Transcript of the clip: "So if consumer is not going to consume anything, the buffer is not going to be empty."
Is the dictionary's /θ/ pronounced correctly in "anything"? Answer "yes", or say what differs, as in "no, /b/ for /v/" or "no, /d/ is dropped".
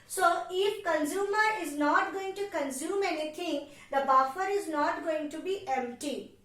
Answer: no, /t/ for /θ/